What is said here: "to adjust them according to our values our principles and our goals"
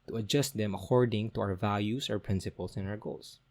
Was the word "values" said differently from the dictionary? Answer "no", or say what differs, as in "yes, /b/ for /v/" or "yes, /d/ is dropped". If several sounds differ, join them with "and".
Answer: yes, /s/ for /z/